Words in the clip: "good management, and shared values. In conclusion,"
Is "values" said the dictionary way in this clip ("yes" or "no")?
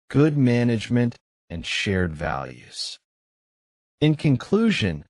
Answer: yes